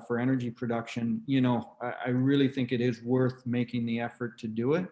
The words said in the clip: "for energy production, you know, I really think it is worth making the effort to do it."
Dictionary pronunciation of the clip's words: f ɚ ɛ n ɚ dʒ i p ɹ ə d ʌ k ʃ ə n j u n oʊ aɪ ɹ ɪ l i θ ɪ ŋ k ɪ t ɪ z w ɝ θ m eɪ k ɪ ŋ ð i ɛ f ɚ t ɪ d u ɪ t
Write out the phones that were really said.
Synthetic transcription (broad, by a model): f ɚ ɛ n ɚ dʒ i p ɹ ə d ʌ k ʃ ə n j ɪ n oʊ aɪ ɹ ɪ l i θ ɪ ŋ k ɪ t ɪ z w ɝ θ m eɪ k ɪ ŋ ð i ɛ f ɚ t ɪ d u ɪ t